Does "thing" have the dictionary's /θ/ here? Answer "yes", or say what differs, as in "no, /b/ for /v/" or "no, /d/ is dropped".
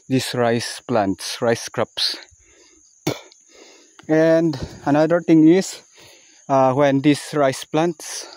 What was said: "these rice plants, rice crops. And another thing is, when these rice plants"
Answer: no, /t/ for /θ/